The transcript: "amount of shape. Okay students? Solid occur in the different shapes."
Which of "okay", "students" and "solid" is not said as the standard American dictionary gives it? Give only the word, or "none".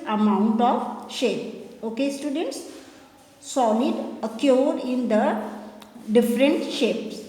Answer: solid